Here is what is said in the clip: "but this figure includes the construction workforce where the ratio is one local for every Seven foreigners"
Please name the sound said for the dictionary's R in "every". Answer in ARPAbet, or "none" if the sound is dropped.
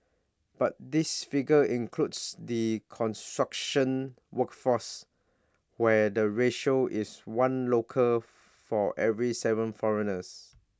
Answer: R